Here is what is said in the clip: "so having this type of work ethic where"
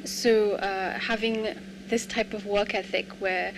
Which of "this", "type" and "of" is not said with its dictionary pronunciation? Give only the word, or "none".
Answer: none